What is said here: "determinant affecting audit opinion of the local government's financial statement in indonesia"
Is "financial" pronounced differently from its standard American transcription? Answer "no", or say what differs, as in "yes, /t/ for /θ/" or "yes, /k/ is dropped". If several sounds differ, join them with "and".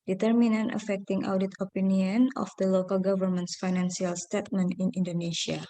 yes, /s/ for /ʃ/